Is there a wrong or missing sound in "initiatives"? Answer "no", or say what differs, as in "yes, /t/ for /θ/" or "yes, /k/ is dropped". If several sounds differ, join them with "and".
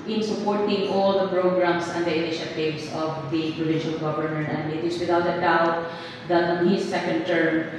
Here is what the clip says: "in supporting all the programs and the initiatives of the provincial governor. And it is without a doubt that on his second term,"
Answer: yes, /s/ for /z/